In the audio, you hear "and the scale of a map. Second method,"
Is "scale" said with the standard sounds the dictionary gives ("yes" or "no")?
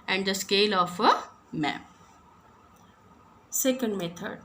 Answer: yes